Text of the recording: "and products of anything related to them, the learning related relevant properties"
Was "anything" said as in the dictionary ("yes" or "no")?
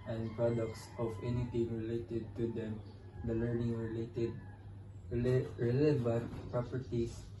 no